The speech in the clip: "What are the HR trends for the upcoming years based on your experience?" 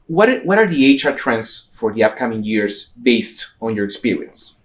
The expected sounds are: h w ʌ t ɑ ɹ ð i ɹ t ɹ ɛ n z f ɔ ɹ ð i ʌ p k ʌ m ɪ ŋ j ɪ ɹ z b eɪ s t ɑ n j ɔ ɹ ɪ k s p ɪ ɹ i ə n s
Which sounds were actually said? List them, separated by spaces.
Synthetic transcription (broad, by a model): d w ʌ t ɑ ɹ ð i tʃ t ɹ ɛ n s f ɔ ɹ ð i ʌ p k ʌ m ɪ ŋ j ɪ ɹ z b eɪ s t ɑ n j ɔ ɹ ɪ k s p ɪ ɹ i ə n s